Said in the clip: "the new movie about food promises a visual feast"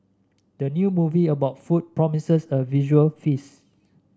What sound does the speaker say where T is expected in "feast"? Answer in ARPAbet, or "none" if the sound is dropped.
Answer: none